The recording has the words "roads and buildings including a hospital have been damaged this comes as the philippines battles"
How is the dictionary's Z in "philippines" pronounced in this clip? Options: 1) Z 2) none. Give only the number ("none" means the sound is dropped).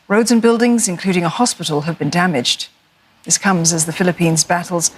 1